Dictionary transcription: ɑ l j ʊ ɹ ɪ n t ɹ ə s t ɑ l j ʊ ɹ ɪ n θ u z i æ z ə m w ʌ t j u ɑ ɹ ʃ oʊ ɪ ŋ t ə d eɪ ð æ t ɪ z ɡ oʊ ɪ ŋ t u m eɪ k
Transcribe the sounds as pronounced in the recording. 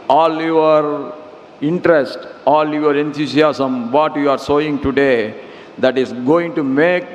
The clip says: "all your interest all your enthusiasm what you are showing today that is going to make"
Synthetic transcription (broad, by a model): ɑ l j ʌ ɹ ɪ n t ɹ ə s t ɑ l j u ɹ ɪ n t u s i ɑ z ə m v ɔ t j u ɑ ɹ s oʊ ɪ ŋ t ə d eɪ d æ t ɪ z ɡ oʊ ɪ ŋ t u m eɪ k